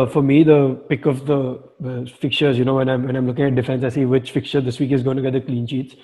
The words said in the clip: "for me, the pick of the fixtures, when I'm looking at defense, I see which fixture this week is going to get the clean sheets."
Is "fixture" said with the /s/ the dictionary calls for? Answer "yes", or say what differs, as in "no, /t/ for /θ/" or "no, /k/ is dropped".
no, /s/ is dropped